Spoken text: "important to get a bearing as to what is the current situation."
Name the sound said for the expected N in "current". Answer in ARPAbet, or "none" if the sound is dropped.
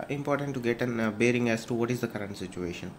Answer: N